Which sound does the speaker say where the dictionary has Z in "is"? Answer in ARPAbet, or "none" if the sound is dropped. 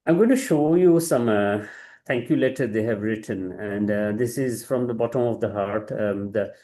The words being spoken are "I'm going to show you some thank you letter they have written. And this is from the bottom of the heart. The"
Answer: Z